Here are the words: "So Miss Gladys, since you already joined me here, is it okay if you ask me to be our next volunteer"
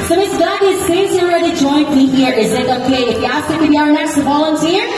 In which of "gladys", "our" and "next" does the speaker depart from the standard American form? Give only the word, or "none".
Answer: gladys